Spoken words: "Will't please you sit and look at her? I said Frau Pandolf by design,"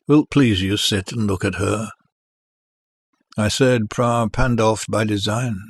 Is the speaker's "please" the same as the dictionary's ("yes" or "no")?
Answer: yes